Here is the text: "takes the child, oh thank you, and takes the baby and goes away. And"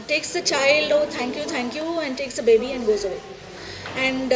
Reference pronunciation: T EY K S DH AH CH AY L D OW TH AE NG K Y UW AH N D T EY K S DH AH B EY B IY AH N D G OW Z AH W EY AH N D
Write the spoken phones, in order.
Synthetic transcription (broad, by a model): T EY K S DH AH CH AY L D OW T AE NG K Y UW AH N D T EY K S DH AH B EY B IY AH N D G OW Z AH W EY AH N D